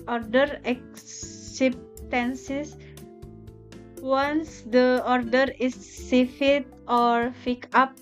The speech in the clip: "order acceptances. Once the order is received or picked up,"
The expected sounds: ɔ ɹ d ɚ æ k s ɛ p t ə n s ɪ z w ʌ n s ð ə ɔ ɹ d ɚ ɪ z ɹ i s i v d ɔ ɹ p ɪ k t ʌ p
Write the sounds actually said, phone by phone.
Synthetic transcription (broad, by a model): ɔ ɹ d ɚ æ k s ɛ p t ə n s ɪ s w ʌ n s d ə ɔ ɹ d ɚ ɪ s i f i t ɔ ɹ f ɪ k ɑ p